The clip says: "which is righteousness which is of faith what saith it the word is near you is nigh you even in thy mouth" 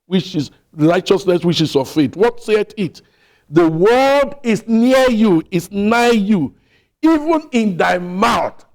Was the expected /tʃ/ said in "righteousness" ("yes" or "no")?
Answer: yes